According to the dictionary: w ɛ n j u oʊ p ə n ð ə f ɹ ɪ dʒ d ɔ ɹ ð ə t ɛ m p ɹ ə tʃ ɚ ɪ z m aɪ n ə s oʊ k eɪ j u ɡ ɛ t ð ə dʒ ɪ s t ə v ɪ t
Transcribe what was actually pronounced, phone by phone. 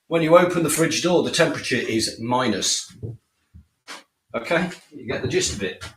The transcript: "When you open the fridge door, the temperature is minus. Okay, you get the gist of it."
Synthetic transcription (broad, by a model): w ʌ n j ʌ oʊ p ə n ð ə f ɹ ɪ dʒ d ɔ ð ə t ɛ m p ɹ ə tʃ ɚ ɪ z m aɪ n ə s oʊ k eɪ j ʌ ɡ ɛ t ð ə dʒ ɪ s t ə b ɪ t